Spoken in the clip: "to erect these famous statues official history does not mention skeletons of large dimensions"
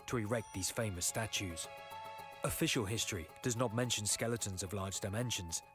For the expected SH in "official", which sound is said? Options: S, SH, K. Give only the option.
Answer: SH